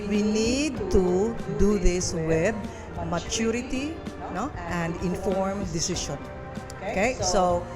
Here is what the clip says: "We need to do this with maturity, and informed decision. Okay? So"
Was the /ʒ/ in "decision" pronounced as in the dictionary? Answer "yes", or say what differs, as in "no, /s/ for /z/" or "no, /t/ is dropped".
no, /ʃ/ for /ʒ/